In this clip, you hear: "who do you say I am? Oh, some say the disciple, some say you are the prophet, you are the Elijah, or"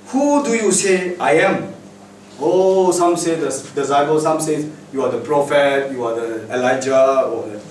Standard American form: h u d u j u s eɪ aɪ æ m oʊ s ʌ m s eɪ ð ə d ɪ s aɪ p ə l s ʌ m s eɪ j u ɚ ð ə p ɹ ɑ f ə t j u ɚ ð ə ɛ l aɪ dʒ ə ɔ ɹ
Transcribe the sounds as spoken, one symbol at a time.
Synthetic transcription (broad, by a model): h u d u j u s eɪ aɪ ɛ m oʊ s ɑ m s eɪ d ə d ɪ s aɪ b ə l s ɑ m s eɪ j u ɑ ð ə p ɹ ɑ f ə t j u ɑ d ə ɛ l aɪ dʒ ə ɔ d